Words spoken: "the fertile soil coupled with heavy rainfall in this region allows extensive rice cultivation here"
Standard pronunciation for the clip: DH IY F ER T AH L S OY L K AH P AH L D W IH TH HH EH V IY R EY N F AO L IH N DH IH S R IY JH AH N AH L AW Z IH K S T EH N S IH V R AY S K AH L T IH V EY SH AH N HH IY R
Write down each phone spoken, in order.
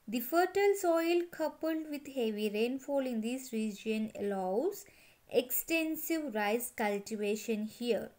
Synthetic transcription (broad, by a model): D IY F ER T AH L S OY L K AH P AH L D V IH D HH EH V IY R EY N F AO L IH N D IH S R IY JH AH N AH L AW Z IH K S T EH N S IH V R AY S K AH L T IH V EY SH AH N HH IY R